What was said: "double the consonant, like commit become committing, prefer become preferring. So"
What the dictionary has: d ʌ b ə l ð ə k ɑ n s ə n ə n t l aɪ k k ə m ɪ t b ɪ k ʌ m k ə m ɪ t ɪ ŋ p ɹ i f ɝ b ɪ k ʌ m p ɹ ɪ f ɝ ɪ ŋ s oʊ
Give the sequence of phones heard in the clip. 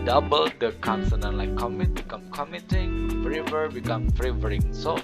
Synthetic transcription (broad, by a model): d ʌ b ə l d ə k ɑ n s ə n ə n l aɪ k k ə m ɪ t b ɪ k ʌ m k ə m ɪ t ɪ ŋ f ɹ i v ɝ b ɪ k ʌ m f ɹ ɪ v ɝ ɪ ŋ s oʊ